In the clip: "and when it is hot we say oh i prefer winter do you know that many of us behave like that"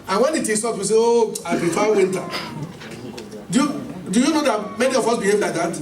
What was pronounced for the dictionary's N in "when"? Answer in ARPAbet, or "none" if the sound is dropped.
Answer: N